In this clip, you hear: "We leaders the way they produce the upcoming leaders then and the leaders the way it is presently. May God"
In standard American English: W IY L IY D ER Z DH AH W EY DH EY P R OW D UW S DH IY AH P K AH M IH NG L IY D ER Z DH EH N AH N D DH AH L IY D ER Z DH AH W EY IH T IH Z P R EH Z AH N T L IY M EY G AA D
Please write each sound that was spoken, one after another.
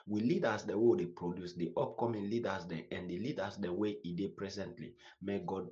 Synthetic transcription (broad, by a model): W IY L IY D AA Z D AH W EY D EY P R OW D UW S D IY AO P K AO M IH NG L IY D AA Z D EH AH N D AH L IY D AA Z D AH W EY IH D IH P R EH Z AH N T L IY M EY G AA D